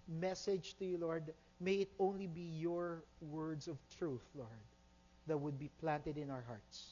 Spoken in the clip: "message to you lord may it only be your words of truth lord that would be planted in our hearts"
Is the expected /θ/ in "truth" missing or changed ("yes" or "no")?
no